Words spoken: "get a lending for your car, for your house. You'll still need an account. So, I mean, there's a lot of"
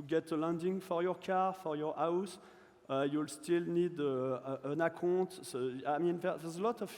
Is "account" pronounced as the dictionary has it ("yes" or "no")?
no